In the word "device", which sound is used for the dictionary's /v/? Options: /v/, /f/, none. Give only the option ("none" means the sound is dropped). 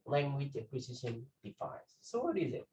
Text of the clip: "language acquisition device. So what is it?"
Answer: /f/